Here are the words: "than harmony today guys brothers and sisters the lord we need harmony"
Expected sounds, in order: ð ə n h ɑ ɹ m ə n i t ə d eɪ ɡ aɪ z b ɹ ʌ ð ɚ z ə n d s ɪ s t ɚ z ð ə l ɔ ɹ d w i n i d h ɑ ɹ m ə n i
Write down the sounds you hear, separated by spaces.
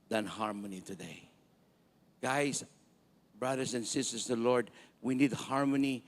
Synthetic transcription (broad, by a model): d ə n h ɑ ɹ m ə n i t ə d eɪ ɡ aɪ s b ɹ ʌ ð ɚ s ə n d s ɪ s t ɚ s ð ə l ɔ ɹ d w i n i d h ɑ ɹ m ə n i